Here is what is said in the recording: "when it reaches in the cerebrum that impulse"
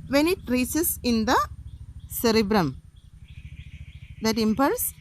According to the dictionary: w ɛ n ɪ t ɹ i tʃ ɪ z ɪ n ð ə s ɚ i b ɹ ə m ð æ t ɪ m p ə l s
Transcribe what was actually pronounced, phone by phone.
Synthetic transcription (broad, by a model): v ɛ n ɪ t ɹ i s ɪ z ɪ n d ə s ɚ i b ɹ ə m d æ t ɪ m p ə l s